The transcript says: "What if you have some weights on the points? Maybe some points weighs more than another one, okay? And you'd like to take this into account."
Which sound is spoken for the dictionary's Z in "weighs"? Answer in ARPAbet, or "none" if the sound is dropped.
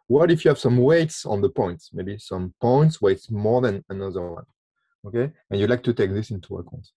S